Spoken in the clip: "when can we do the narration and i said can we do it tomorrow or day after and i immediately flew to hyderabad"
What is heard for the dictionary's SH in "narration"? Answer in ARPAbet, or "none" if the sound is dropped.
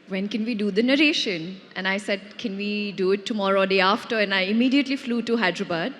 SH